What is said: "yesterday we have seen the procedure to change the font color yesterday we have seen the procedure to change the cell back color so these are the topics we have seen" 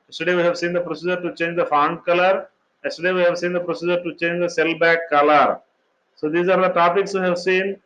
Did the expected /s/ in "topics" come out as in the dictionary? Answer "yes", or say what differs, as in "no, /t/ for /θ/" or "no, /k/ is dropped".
yes